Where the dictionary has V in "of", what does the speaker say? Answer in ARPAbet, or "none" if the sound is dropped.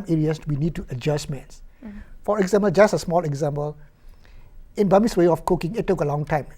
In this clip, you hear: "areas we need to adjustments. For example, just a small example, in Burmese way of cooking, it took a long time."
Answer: F